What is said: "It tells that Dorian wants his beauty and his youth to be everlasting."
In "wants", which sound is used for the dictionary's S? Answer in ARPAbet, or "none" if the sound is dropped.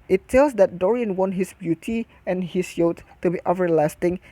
none